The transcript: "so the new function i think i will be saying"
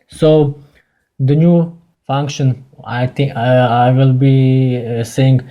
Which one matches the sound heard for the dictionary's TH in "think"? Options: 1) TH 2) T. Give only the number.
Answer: 2